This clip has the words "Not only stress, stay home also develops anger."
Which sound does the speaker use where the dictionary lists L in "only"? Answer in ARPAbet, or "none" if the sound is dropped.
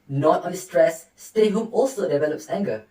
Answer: none